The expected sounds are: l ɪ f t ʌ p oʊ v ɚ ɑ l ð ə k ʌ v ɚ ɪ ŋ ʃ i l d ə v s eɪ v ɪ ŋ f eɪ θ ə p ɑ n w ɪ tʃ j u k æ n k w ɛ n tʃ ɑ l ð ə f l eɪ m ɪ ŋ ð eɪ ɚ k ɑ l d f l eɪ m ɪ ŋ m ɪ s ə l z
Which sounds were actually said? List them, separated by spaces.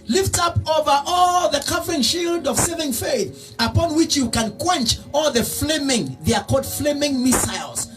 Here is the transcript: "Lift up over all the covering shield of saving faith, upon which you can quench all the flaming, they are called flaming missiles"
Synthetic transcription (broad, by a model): l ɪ f t ʌ p oʊ v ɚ ɑ l ð ə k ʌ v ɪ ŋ ʃ i l d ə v s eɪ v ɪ ŋ f eɪ θ ə p ɑ n w ɪ tʃ j u k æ n k w ɛ n tʃ ɑ l ð ə f l eɪ m ɪ ŋ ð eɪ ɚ k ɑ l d f l eɪ m ɪ ŋ m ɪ s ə l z